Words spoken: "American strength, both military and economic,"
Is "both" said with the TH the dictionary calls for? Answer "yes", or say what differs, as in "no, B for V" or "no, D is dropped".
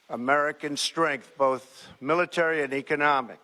yes